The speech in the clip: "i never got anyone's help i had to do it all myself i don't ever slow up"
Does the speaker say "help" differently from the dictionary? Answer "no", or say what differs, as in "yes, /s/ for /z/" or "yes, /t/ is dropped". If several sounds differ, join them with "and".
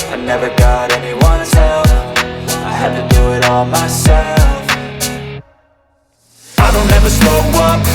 yes, /f/ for /p/